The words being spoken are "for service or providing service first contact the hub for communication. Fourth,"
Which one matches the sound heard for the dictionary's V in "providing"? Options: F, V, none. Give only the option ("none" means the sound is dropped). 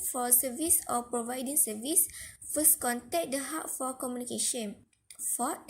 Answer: V